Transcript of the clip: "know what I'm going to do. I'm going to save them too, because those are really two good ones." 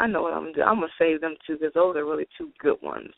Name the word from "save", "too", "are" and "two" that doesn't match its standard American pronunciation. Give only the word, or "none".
none